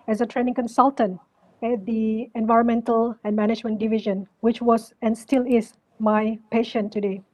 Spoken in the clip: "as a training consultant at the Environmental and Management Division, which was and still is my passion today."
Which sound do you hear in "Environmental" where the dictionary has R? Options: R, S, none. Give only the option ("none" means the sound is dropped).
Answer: R